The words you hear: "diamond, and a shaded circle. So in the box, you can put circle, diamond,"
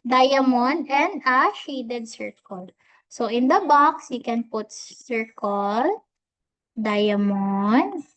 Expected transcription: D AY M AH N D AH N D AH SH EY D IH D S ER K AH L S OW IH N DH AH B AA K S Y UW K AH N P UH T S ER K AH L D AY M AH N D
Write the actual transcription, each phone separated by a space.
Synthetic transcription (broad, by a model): D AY M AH N AH N D AH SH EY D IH D S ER K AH L S OW IH N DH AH B AA K S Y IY K AH N P UH T S ER K AH L D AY M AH N